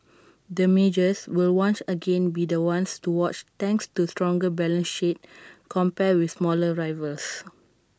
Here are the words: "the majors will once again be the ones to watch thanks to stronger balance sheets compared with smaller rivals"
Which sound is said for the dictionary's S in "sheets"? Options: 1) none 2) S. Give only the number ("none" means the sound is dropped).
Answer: 1